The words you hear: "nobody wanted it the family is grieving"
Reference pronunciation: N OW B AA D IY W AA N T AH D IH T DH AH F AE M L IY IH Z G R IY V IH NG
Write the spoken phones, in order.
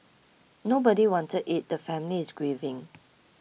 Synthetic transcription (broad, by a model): N OW B AA D IY W AA N T AH D IH T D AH F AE M L IY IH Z G R IY V IH NG